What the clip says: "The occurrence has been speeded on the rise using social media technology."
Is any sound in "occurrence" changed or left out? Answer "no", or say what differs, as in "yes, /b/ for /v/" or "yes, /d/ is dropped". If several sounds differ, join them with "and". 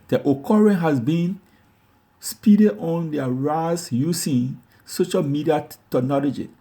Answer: yes, /s/ is dropped